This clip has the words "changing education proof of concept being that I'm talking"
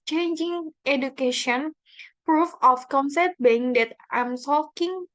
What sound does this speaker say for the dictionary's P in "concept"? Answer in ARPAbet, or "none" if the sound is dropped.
none